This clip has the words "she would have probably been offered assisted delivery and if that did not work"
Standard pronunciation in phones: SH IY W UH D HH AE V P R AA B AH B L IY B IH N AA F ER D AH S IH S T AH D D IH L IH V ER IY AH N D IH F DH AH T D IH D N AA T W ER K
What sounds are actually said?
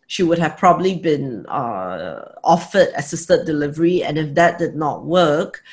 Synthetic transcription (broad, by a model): SH IY W UH D HH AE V P R AA B AH B L IY B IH N AA F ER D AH S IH S T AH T D IH L IH V ER IY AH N IH F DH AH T D IH D N AA T W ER K